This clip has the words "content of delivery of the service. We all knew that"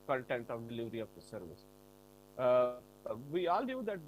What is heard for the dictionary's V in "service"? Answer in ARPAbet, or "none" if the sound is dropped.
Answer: V